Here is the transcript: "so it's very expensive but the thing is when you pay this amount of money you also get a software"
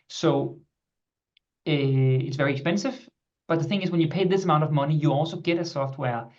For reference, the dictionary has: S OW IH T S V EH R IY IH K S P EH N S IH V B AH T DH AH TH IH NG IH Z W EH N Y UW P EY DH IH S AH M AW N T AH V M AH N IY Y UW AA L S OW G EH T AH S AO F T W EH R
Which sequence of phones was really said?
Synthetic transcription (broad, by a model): S OW IH T S V EH R IY IH K S P EH N S IH V B AH T DH AH TH IH NG IH Z W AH N Y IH P EY DH IH S AH M AW N T AH V M AH N IY Y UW AA L S OW G EH T AH S AO F T W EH R